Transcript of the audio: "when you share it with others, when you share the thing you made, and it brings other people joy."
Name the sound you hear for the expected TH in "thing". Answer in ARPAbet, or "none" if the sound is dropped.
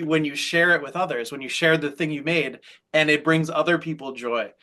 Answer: TH